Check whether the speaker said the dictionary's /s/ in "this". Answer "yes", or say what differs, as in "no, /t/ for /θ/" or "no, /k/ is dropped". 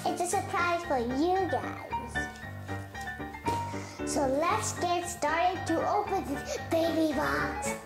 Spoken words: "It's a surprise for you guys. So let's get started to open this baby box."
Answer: no, /s/ is dropped